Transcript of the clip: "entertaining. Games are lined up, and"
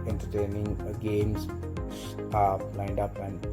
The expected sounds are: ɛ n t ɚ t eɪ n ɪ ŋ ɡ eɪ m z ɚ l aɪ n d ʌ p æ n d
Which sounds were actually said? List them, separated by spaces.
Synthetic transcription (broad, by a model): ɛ n t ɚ t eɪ n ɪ ŋ ɡ eɪ m s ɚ l aɪ n d ʌ p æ n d